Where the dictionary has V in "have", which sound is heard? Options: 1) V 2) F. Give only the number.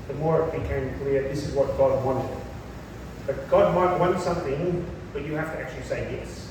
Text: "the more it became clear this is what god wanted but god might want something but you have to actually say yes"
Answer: 2